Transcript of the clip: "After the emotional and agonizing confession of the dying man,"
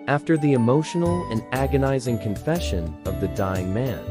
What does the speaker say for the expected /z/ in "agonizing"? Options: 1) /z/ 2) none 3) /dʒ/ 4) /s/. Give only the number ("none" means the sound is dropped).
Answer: 1